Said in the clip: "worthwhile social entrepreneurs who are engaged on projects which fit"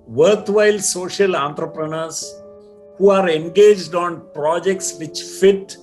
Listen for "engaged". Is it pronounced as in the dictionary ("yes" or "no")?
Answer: yes